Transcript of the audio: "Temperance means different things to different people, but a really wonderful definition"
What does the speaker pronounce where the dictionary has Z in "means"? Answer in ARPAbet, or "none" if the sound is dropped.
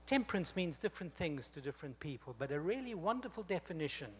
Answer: Z